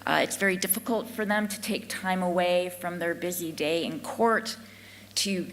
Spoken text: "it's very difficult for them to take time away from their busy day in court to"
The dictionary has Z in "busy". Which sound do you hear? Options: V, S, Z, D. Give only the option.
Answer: Z